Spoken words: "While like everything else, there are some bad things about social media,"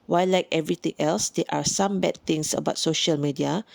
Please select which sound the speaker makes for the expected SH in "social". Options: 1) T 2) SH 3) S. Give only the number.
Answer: 2